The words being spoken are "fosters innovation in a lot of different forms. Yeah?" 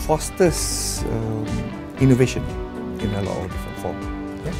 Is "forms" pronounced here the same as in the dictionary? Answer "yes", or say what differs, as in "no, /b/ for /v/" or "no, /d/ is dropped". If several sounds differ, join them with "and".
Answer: no, /z/ is dropped